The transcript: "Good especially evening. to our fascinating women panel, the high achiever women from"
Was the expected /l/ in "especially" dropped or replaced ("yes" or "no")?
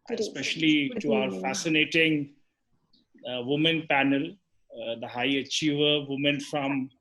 yes